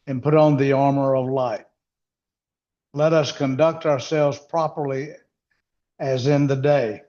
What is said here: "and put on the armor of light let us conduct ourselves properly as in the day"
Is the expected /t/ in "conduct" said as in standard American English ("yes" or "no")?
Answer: yes